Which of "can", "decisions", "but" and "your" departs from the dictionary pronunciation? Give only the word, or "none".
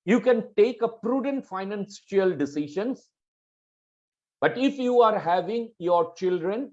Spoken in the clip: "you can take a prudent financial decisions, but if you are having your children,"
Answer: decisions